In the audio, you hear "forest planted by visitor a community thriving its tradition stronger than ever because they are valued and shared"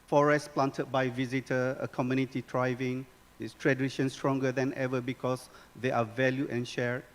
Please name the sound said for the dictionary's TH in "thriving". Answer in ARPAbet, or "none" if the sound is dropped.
T